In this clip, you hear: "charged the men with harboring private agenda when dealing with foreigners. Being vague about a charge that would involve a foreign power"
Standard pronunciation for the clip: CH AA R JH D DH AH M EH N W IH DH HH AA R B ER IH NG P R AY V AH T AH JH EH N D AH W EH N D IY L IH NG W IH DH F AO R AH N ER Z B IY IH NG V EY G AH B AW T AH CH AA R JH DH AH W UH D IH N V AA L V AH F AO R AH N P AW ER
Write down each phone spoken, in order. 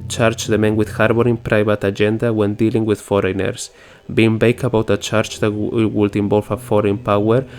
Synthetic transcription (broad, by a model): CH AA R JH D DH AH M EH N W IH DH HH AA R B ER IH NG P R AY V AH T AH JH EH N D AH W EH N D IY L IH NG W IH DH F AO R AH N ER S B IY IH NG B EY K AH B AW T AH CH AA R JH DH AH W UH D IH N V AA L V AH F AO R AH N P AW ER